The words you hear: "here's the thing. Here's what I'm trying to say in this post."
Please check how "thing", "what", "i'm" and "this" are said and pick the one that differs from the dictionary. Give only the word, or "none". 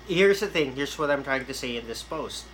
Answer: none